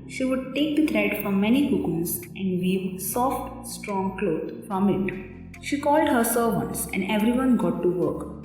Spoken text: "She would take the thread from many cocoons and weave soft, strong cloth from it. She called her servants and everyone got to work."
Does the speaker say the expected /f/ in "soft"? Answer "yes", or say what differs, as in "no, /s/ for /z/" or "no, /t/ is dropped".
yes